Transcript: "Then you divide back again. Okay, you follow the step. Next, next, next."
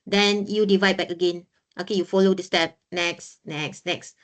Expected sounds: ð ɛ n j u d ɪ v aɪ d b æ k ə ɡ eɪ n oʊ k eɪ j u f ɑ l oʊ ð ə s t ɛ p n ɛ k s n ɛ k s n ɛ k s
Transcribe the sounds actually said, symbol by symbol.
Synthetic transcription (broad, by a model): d ɛ n j u d ɪ v aɪ d b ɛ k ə ɡ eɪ n oʊ k eɪ j u f ɑ l oʊ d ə s t ɛ p n ɛ k s n ɛ k s n ɛ k s